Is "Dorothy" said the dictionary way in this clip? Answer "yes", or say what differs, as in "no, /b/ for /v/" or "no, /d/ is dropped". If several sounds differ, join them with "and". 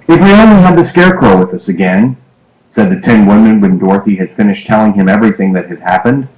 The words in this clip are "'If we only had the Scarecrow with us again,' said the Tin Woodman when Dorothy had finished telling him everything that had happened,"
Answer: yes